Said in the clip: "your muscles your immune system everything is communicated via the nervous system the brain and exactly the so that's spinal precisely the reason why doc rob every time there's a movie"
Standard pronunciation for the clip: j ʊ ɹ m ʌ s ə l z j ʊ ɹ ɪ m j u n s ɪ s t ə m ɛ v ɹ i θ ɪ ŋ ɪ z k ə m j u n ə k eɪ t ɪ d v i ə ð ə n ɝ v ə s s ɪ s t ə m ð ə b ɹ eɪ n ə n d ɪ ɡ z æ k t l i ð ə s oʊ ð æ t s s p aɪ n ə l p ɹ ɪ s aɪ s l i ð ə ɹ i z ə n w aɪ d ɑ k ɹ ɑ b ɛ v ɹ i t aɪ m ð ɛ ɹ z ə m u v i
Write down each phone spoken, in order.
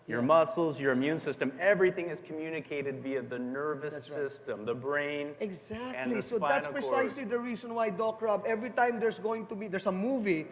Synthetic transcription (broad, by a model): j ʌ ɹ m ʌ s l z j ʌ ɹ ɪ m j u n s ɪ s t ə m ɛ v ɹ i θ ɪ ŋ ɪ z k ə m j u n ə k eɪ t ɪ d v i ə ð ə n ɝ v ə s s ɪ s t ə m ð ə b ɹ eɪ ə n ɪ ɡ z æ k t l i s oʊ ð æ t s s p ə p ɹ ɪ s aɪ s l i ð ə ɹ i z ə n w aɪ d ɑ k ɹ ɑ b ɛ v ɹ i t aɪ m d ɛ ɹ s ə m u v i